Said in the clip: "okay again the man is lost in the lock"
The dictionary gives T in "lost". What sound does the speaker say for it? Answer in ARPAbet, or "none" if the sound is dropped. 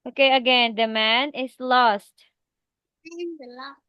T